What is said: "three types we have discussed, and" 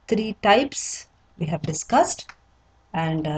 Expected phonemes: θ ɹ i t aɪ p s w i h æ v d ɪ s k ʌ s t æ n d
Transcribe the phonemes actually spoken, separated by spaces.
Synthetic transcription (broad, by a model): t ɹ i t aɪ p s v i h æ v d ɪ s k ʌ s t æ n d